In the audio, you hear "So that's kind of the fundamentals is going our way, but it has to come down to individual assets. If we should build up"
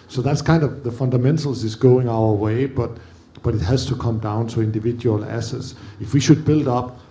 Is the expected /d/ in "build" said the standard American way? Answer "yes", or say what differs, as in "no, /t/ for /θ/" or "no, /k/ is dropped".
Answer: yes